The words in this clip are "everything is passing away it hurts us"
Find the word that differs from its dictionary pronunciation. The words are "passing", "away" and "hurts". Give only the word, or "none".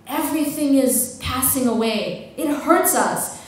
none